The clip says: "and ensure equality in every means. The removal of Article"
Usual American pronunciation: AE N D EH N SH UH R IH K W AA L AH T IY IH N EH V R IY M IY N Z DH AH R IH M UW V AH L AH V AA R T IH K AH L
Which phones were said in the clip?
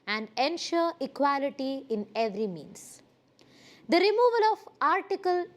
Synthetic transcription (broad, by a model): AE N D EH N SH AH R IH K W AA L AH T IY IH N EH V R IY M IY N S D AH R IH M UW V AH L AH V AA R T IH K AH L